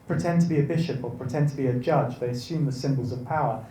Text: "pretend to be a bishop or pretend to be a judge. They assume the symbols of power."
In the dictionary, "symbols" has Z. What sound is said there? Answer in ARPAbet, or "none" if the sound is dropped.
Z